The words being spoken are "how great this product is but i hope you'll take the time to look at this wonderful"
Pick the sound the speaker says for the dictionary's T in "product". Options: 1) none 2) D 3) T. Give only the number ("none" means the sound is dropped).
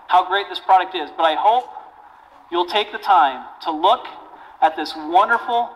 3